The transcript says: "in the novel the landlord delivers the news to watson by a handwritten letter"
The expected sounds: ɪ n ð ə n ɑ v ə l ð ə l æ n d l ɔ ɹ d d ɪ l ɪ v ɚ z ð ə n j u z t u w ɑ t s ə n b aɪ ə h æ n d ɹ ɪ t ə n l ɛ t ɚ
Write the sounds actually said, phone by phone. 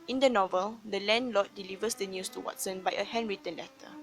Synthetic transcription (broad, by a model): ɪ n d ə n ɑ v ə l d ə l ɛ n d l ɔ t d d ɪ l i v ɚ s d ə n j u s t u w ɑ t s ə n b aɪ ə h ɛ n ɹ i t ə n l ɛ t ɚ